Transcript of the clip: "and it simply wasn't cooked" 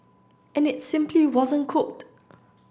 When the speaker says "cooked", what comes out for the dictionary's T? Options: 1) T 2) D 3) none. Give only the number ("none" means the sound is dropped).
1